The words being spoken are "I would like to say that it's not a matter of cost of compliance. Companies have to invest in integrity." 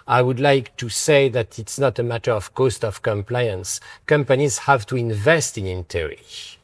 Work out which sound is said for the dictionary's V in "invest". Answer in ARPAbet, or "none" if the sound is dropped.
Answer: V